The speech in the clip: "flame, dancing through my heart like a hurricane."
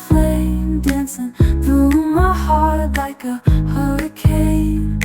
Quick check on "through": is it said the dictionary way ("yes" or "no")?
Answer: no